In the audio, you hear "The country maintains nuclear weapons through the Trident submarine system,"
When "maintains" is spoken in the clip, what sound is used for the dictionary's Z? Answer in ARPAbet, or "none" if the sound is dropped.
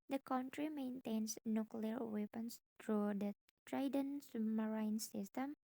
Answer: S